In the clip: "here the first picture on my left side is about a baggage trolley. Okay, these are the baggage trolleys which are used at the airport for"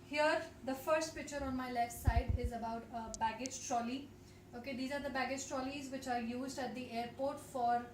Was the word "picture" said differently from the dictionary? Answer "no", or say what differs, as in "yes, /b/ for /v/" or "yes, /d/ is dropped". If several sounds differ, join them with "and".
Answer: no